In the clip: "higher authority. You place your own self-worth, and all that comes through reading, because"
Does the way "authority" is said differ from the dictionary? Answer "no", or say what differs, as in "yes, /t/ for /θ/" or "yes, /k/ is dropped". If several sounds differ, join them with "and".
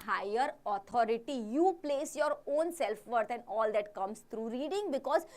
yes, /t/ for /θ/